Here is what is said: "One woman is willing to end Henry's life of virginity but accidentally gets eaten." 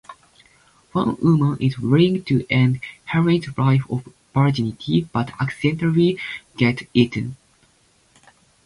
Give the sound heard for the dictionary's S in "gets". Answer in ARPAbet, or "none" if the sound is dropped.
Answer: none